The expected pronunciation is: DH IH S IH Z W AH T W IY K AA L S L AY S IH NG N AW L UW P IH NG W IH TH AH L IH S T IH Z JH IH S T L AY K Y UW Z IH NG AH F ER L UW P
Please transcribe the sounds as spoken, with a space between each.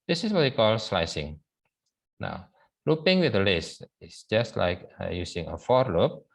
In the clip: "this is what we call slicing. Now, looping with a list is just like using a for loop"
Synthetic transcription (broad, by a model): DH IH S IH S W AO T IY K AA L S L AY S IH NG N AW L UW P IH NG W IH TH AH L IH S IH S JH IH S T L AY K Y UW S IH NG AH F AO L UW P